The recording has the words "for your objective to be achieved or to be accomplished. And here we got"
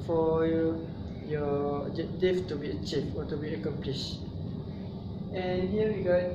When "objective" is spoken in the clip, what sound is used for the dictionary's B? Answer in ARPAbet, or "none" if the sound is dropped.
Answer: none